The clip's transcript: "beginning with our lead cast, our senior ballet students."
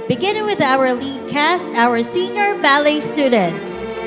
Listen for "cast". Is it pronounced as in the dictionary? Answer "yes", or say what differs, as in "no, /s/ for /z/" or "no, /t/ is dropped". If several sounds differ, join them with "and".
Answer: yes